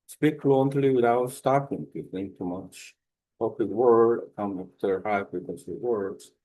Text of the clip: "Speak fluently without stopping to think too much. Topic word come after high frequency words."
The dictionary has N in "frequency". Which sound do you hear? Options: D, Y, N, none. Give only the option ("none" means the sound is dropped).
none